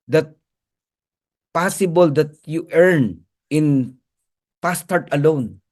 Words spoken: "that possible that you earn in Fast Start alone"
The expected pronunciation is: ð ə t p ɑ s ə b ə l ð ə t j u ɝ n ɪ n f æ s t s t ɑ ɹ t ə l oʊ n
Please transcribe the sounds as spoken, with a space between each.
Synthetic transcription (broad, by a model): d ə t p ɑ s ə b ə l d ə t j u ɝ n ɪ n p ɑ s s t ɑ ɹ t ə l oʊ n